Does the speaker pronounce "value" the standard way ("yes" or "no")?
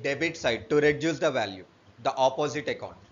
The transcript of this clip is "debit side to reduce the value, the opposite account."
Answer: yes